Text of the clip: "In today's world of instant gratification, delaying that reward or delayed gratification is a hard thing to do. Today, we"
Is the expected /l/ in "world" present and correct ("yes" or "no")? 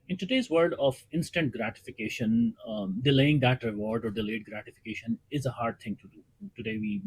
no